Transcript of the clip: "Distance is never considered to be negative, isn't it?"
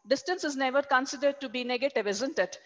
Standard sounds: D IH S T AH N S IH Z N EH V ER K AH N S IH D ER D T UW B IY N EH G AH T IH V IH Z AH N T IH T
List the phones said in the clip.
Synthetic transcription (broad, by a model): D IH S T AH N S IH Z N EH V ER K AH N S IH D ER D T UW B IY N EH G AH T IH V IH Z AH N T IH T